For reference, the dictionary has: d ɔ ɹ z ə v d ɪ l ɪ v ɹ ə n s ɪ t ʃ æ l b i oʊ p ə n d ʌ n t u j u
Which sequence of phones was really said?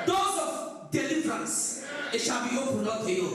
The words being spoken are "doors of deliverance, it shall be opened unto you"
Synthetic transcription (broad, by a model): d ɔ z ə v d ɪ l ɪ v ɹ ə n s ɪ t ʃ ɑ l b i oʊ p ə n ʌ t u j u